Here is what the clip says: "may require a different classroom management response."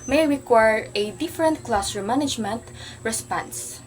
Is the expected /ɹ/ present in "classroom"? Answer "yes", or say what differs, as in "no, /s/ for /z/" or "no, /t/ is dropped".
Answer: no, /ɹ/ is dropped